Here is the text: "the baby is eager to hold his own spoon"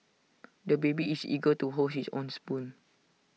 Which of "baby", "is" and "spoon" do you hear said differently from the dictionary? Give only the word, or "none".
is